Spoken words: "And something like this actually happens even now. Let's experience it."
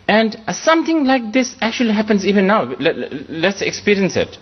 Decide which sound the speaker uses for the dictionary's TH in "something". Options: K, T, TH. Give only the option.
T